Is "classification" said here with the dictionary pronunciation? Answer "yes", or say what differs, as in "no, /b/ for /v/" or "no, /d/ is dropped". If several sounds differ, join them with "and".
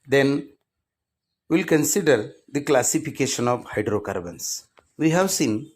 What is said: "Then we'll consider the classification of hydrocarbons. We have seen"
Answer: yes